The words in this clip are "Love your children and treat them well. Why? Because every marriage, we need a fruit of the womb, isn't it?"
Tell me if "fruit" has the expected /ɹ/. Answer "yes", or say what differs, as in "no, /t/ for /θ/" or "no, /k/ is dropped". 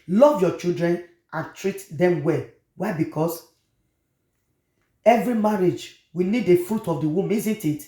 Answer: yes